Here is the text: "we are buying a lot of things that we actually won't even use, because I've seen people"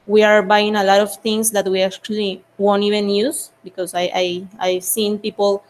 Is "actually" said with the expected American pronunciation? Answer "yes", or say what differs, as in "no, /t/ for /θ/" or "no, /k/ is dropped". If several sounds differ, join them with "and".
yes